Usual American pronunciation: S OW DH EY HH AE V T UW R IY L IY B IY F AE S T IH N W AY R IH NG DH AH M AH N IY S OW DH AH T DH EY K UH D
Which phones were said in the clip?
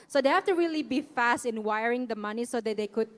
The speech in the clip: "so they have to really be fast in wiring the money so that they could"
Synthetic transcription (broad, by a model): S OW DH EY HH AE F T UW R IY L IY B IY F AE S T IH N W AY R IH NG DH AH M AH N IY S OW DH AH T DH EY K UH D